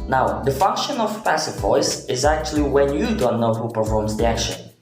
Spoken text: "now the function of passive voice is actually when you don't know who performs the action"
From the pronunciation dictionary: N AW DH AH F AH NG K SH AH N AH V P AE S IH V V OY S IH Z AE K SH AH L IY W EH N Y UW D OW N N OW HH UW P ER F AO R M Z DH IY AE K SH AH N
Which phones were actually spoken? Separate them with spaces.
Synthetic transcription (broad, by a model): N AW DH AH F AH NG K SH AH N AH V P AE S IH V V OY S IH Z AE K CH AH L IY W EH N Y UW D OW N N OW HH UW P ER F AO R M Z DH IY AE K SH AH N